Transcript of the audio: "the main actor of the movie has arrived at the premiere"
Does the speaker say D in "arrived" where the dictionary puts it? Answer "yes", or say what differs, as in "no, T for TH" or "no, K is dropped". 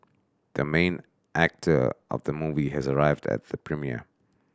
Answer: yes